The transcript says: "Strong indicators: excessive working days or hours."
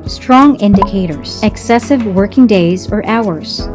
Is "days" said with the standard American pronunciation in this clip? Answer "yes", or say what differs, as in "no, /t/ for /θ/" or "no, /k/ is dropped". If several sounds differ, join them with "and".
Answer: yes